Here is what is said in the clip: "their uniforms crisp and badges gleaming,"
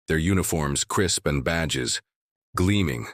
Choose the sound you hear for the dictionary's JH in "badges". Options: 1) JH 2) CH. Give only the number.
1